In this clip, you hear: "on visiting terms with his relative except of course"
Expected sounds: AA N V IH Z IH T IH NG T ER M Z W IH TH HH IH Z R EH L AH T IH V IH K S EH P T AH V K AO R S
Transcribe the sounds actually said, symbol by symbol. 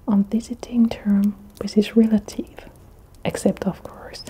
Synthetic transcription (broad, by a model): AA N V IH Z IH T IH NG T ER M W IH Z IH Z R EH L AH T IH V IH K S EH P T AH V K AO R S